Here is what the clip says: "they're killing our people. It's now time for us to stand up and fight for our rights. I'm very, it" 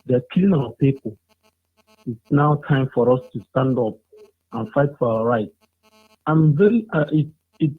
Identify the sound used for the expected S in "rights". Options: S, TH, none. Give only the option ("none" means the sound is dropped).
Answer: none